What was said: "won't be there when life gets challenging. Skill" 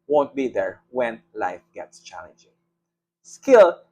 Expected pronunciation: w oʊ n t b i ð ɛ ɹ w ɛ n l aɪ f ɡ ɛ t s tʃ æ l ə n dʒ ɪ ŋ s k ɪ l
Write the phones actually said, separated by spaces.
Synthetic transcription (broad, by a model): w oʊ n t b i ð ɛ ɹ w ɛ n l aɪ f ɡ ɛ t s tʃ æ l ə n dʒ ɪ ŋ s k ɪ l